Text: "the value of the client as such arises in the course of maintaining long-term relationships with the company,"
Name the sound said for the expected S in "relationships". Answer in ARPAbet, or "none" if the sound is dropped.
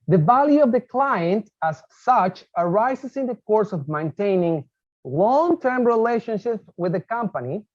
none